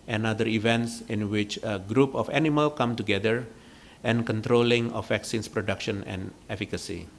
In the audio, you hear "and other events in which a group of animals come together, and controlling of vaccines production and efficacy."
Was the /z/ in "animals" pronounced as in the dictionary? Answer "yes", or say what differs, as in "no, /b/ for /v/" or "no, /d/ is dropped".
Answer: no, /z/ is dropped